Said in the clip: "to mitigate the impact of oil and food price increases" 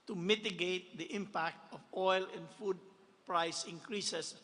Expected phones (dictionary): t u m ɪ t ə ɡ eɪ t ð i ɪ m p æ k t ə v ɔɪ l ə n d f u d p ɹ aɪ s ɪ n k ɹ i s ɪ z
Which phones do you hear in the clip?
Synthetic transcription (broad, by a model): t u m ɪ t ə ɡ eɪ t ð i ɪ m p æ k t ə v ɔɪ l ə n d f u d p ɹ aɪ s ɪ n k ɹ i s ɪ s